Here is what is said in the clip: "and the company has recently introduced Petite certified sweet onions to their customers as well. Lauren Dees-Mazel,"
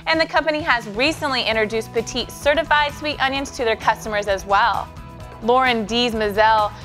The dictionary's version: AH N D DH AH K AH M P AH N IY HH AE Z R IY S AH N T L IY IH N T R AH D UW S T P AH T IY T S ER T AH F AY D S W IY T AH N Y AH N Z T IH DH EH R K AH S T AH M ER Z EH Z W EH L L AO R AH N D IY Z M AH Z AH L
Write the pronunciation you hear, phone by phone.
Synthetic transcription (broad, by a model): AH N DH AH K AH M P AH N IY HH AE Z R IY S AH N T L IY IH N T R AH D UW S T P AH T IY T S ER T AH F AY D S W IY T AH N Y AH N S T IH DH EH R K AH S T AH M ER Z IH Z W EH L L AO R AH N D IY Z M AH Z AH L